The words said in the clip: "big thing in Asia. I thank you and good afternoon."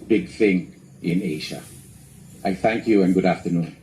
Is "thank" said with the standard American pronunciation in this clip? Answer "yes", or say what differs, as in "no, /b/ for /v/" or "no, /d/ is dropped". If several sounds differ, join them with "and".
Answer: yes